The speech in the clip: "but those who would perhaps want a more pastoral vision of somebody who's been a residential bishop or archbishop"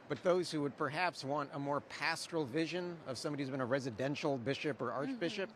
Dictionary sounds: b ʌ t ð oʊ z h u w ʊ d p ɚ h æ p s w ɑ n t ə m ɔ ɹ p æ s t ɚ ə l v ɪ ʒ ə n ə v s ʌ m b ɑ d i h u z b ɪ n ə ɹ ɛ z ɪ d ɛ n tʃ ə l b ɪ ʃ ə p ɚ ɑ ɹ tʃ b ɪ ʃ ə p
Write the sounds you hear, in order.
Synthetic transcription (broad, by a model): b ʌ t ð oʊ z h u w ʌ d p ɚ h æ p s w ɑ n t ə m ɔ ɹ p æ s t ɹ l v ɪ ʒ ə n ə v s ʌ m b ɑ d i h u z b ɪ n ə ɹ ɛ z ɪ d ɛ n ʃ l b ɪ ʃ ə p ɚ ɑ ɹ tʃ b ɪ ʃ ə p